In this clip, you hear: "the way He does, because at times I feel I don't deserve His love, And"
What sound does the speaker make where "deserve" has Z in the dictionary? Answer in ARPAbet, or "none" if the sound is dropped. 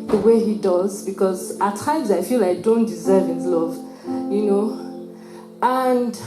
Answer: Z